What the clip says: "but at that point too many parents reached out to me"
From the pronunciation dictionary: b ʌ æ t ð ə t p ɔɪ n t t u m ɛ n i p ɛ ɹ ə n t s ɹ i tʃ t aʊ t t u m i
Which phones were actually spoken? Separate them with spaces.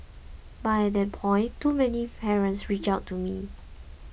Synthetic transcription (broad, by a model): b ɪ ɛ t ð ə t p ɔɪ n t t u m ɛ n i p ɛ ɹ ə n t s ɹ i tʃ aʊ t t u m i